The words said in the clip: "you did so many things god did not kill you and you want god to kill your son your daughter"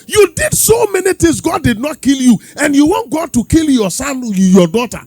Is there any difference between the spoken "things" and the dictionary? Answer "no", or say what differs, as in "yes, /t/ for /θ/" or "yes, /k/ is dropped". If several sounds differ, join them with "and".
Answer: yes, /t/ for /θ/